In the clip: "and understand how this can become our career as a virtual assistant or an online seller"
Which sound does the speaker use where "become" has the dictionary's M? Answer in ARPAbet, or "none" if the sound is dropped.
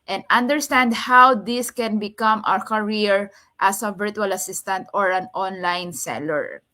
M